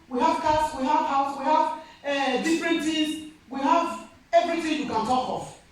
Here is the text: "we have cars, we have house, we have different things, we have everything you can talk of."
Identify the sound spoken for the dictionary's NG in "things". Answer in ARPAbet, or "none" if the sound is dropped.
none